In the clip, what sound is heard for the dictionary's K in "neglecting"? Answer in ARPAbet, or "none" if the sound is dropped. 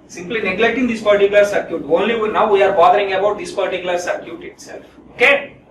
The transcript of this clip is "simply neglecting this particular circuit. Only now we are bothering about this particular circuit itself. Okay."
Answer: K